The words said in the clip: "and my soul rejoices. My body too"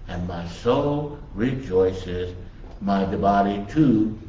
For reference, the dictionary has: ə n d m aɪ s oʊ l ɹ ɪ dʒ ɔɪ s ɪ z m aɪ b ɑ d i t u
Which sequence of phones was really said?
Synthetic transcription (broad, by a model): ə n m aɪ s oʊ l ɹ ɪ dʒ ɔɪ s ɪ z m aɪ b ɑ d i t u